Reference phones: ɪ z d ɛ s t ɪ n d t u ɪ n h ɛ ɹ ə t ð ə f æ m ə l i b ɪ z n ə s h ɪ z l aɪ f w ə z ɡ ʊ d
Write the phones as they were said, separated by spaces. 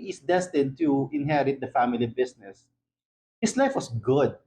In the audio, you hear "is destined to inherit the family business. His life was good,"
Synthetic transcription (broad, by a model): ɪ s d ɛ s t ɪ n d t u ɪ n h ɛ ɹ ə t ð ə f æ m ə l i b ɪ s n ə s h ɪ s l aɪ f w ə s ɡ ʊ d